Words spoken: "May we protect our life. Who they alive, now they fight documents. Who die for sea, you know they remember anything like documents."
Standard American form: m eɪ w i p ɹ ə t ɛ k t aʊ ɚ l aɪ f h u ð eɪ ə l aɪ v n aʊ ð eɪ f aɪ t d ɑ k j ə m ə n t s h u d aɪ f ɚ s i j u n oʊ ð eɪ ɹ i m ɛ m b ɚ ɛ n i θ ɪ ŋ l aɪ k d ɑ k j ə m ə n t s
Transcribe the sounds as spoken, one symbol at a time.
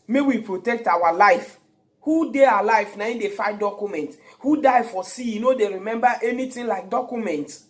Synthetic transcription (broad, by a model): m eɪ w i p ɹ ə t ɛ k t aʊ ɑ l aɪ f h u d eɪ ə l aɪ f n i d eɪ f aɪ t d ɑ k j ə m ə n t h u d aɪ f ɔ s i j u n oʊ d eɪ ɹ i m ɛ m b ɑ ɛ n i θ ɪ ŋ l aɪ k d ɑ k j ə m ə n t